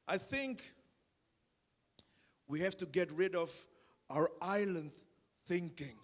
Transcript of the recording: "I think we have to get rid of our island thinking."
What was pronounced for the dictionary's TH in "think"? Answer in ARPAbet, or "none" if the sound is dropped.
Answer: TH